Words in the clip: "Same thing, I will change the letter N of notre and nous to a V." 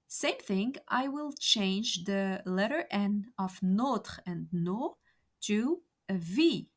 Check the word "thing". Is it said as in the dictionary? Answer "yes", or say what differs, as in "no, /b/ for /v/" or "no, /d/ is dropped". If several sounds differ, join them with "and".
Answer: yes